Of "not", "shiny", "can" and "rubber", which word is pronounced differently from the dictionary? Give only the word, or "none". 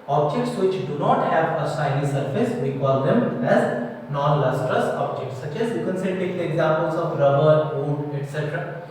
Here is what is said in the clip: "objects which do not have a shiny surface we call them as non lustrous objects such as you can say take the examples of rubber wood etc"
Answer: shiny